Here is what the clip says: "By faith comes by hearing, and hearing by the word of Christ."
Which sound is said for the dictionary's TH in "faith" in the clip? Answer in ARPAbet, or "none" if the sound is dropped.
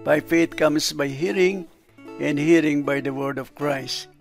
T